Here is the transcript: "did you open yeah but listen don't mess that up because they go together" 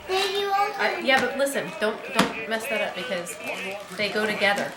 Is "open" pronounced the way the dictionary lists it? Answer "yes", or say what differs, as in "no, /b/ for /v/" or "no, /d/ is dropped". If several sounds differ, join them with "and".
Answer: no, /p/ is dropped